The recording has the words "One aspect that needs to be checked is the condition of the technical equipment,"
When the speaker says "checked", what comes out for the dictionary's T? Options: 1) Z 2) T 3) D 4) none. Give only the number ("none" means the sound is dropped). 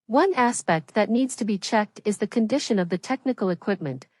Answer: 2